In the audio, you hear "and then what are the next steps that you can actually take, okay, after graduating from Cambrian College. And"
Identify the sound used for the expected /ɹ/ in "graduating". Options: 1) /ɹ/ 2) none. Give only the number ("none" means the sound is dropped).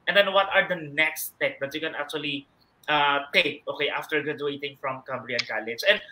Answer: 2